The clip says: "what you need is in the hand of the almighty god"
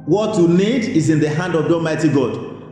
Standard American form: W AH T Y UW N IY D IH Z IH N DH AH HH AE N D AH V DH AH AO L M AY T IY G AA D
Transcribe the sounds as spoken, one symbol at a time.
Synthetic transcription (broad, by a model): W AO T Y UW N IY D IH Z IH N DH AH HH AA N D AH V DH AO M AY T IY G AA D